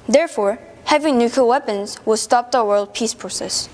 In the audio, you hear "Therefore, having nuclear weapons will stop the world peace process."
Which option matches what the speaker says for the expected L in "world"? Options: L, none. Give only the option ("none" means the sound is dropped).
L